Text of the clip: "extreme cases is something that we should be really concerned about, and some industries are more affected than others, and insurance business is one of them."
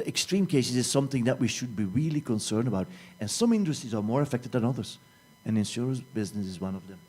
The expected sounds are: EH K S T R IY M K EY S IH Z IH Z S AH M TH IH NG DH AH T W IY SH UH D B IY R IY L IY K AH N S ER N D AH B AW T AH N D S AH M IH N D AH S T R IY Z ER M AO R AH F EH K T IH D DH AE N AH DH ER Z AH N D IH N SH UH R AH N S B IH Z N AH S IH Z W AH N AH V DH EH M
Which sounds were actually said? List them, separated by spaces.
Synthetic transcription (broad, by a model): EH K S T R IY M K EY S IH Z IH Z S AH M TH IH NG DH AH T W IY SH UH D B IY R IY L IY K AH N S ER N D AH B AW T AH N S AH M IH N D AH S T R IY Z ER M AO R AH F EH K T IH D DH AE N AH DH ER Z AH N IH N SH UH R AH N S B IH Z N AH S IH Z W AH N AH V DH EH M